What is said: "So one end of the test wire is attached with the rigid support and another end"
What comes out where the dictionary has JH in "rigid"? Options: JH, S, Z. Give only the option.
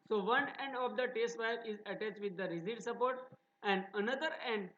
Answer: Z